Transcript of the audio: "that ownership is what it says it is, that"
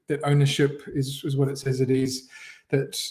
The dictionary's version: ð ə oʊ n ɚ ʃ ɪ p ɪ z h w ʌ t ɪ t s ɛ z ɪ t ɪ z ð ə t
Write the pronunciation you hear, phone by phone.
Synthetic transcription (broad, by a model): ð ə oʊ n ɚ ʃ ɪ p ɪ z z w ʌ t ɪ t s ɛ z ɪ t ɪ z ð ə t